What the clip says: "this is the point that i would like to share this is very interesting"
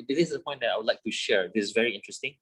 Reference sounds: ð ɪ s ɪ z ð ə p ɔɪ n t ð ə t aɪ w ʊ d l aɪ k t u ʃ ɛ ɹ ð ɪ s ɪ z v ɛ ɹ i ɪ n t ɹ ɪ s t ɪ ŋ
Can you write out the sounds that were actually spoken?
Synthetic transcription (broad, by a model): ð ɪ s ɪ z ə p ɔɪ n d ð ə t aɪ w ʊ d l aɪ k t u ʃ ɛ ɹ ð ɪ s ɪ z v ɛ ɹ i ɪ n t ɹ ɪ s t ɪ ŋ